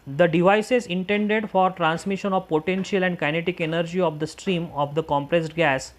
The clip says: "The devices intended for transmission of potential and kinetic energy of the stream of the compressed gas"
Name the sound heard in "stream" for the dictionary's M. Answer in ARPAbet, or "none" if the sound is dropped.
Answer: M